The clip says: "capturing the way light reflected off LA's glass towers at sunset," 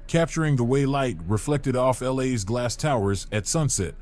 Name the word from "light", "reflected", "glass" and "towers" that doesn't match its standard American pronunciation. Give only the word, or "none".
none